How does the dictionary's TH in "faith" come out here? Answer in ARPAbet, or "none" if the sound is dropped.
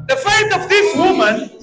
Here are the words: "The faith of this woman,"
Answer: T